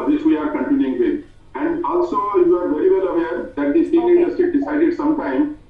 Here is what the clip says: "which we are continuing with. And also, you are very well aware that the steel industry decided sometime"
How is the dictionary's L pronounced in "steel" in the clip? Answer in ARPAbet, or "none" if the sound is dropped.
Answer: N